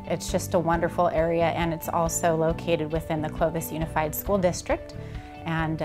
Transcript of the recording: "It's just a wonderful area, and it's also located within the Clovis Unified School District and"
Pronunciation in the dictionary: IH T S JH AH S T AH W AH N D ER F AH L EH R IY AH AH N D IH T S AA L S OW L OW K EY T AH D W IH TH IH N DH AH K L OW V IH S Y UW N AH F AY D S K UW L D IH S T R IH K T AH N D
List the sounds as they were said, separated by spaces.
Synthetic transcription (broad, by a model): IH T S JH AH S T AH W AH N D ER F L EH R IY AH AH N IH T S AA L S OW L OW K EY T AH D W IH TH IH N DH AH K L OW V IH S Y UW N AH F AY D S K UW L D IH S T R IH K T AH N